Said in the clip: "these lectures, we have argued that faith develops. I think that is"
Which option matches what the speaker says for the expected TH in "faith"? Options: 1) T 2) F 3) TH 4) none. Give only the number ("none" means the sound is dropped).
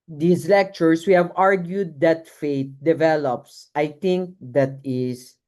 1